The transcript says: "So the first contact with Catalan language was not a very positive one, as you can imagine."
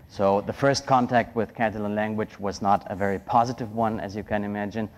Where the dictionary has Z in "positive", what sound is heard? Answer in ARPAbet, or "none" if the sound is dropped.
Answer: Z